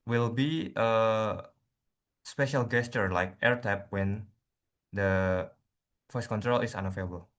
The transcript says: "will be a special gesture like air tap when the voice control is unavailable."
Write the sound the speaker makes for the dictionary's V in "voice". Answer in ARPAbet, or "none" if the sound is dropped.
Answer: F